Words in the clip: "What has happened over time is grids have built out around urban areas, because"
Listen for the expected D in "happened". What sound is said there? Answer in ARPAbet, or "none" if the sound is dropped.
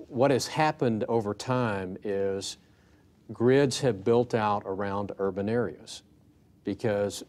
D